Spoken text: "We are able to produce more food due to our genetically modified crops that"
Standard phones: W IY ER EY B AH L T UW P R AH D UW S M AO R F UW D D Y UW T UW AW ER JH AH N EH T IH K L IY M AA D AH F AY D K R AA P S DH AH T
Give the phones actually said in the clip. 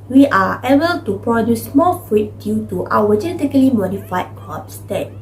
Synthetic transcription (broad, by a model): W IY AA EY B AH L T UW P R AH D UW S M AO L F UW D D Y UW T UW AW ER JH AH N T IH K L IY M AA D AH F AY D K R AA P S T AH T